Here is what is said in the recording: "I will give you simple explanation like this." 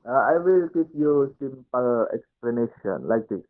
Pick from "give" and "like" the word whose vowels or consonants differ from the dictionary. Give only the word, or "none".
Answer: give